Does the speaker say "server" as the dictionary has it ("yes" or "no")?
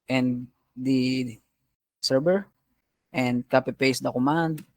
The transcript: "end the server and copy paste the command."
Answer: no